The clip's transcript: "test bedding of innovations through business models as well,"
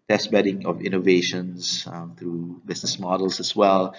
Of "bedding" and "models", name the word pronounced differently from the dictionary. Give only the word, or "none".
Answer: models